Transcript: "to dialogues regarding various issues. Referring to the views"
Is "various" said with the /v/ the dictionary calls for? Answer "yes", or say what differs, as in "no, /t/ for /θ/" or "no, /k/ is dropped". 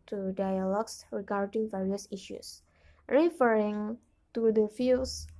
yes